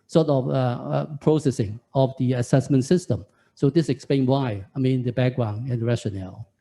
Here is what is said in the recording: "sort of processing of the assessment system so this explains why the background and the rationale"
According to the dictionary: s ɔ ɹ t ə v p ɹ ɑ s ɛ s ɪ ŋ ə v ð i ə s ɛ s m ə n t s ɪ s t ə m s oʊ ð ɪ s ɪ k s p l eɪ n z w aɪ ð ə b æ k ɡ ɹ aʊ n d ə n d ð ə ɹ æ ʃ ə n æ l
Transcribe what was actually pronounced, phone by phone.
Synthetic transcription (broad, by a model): s ɔ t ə f p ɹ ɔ s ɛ s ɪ ŋ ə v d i ə s ɛ s m ə n t s ɪ s t ə m s oʊ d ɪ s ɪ k s p l eɪ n w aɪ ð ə b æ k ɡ ɹ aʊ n ə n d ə ɹ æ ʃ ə n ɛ l